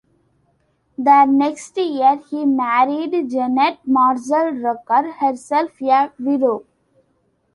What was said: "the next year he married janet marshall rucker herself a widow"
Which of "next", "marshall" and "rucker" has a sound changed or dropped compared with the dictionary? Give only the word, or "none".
marshall